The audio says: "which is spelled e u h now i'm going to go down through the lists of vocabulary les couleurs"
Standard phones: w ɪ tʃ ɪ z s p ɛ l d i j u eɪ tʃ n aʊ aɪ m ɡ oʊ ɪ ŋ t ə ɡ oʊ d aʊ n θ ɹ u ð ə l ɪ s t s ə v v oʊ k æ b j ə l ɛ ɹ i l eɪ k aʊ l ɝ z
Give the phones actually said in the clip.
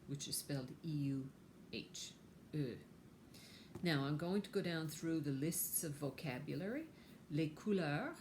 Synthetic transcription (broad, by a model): w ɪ tʃ ɪ z s p ɛ l d i j u eɪ tʃ n aʊ aɪ m ɡ oʊ ɪ ŋ t ə ɡ oʊ d aʊ n θ ɹ u ð ə l ɪ s t s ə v v oʊ k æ b j l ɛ ɹ i l eɪ k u l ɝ